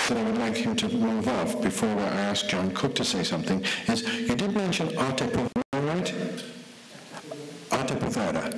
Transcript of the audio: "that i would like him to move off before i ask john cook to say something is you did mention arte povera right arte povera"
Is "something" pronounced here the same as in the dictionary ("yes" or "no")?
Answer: yes